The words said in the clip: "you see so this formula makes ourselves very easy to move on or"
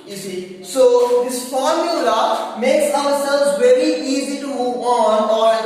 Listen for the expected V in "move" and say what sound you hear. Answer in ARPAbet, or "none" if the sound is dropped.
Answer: none